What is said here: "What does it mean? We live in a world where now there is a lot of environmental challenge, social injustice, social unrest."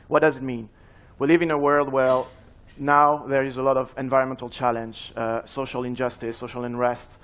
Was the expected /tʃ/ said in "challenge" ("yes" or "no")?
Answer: yes